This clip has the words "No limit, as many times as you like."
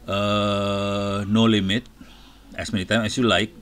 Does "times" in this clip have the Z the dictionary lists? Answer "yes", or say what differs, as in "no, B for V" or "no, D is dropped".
no, Z is dropped